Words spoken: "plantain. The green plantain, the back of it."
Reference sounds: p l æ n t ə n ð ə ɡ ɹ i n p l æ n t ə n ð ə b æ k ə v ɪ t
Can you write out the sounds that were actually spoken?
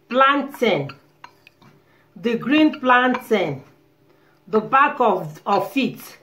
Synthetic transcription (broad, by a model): p l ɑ n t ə n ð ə ɡ ɹ i n p l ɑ n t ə n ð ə b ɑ k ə f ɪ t